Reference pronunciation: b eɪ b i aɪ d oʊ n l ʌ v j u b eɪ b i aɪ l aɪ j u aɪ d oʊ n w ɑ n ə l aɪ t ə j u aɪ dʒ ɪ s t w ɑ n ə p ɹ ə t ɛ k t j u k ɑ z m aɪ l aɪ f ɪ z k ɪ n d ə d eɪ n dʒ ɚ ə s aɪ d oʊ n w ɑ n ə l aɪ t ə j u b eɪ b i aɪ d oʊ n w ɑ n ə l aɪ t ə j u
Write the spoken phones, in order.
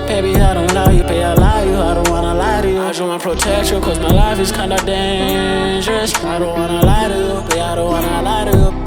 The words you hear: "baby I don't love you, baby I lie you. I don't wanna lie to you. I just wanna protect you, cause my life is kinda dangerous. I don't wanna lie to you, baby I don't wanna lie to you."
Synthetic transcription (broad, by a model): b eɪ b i aɪ d oʊ n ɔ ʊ j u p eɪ i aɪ l aɪ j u aɪ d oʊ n w ɑ n ə l aɪ t ə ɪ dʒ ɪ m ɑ ə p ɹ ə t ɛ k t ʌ k ɑ z m aɪ l aɪ f ɪ z k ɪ n d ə d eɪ n dʒ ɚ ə s aɪ d oʊ n w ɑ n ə l aɪ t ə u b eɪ i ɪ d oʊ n w ɑ n ə l aɪ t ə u